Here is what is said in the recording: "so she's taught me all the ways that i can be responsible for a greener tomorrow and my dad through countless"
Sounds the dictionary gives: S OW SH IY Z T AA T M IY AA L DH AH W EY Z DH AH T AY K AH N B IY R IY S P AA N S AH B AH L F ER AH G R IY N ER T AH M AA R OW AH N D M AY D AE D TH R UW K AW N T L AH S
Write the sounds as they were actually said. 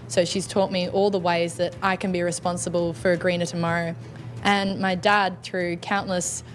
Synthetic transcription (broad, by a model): S OW SH IY Z T AA T M IY AA L DH AH W EY Z DH AH T AY K AH N B IY R IY S P AA N S AH B AH L F ER AH G R IY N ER T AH M AA R OW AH N M AY D AE D TH R UW K AW N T L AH S